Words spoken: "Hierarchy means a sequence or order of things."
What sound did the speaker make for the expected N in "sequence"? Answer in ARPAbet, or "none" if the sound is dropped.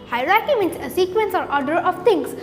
N